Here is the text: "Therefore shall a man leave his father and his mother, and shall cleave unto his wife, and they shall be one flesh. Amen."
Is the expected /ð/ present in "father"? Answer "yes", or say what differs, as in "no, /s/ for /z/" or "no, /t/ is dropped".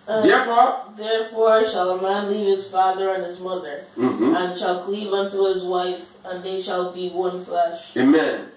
yes